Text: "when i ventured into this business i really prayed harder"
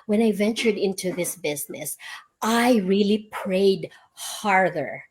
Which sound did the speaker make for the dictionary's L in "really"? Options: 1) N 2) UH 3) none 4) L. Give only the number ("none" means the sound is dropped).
4